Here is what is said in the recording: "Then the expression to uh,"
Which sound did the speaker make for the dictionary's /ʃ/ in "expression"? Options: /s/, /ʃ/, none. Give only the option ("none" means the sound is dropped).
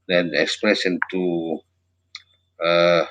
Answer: /s/